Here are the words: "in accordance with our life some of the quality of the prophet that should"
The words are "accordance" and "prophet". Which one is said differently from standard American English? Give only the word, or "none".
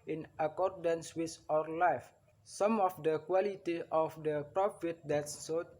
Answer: none